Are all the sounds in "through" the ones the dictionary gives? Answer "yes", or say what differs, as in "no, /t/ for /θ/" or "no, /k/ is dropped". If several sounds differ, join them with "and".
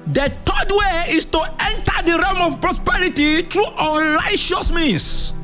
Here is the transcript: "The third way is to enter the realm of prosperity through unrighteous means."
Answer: no, /t/ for /θ/